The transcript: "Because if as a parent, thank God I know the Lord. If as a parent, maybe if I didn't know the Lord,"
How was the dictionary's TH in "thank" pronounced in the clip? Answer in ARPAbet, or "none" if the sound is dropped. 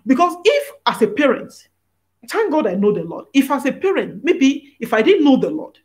T